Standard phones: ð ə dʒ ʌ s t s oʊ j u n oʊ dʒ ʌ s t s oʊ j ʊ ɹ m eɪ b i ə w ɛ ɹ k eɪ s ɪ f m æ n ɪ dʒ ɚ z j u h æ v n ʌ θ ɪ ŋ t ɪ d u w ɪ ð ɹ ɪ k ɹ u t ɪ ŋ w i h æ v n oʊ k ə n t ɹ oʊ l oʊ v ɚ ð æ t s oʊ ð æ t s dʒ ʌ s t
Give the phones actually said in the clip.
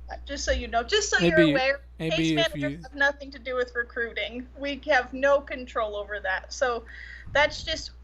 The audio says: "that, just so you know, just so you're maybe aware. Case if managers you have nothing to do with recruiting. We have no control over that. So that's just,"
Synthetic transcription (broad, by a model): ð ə dʒ ʌ s t s oʊ j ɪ n oʊ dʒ ʌ s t s oʊ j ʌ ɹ ə w ɛ ɹ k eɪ ɪ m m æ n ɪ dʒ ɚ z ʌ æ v n ʌ θ ɪ ŋ t ɪ d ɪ w ɪ ð ɹ ɪ k ɹ u t ɪ ŋ w i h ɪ v n oʊ k ə n t ɹ oʊ l oʊ v ɚ ð æ t s oʊ ð æ t s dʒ ʌ s t